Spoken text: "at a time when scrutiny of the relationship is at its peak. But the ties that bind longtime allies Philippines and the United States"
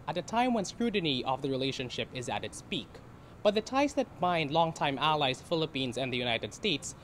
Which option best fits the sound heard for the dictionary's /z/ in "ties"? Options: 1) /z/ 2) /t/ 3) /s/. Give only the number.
3